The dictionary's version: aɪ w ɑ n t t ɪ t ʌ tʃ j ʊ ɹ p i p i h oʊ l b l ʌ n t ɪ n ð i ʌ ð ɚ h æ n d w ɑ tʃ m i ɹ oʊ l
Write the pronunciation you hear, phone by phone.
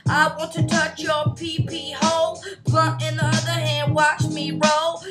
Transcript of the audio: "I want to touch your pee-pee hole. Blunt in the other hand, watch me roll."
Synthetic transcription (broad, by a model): aɪ w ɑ n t t ɪ t ʌ tʃ j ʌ ɹ p i p i h oʊ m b ʌ t ɪ n ð i ʌ ð ɚ h æ n d w ɑ tʃ m i ɹ oʊ